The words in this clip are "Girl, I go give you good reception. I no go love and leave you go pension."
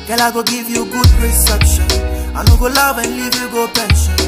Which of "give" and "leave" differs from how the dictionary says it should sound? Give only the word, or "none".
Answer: none